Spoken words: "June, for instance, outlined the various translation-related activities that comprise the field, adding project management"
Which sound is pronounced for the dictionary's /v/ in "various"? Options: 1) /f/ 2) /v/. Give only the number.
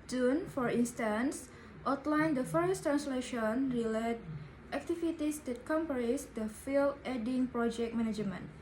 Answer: 1